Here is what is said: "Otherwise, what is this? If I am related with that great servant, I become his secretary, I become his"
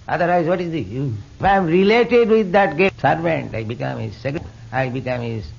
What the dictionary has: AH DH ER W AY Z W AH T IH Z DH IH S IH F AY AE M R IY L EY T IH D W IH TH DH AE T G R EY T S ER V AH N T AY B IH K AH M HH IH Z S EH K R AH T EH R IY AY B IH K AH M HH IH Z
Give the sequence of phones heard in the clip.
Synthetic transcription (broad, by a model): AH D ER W AY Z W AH T IH Z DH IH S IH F AY M R IY L EY T IH D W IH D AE T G EY S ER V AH N T AY B IH K AH M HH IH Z S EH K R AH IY B IH K AH M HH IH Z